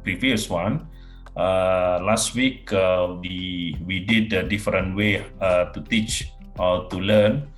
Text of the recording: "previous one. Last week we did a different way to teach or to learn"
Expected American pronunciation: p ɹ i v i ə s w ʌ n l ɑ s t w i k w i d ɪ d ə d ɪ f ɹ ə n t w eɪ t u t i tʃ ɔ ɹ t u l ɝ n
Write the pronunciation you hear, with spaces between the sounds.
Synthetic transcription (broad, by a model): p ɹ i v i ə s w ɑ n l ɑ s t w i k w i d ɪ d ə d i f ɹ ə n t w eɪ t u t i tʃ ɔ l t u l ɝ n